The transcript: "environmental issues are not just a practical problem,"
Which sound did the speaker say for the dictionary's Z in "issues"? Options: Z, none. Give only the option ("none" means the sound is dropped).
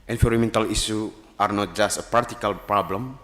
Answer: none